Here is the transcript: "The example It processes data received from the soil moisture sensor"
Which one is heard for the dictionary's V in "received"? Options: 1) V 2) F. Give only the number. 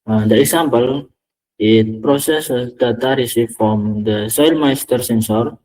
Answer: 2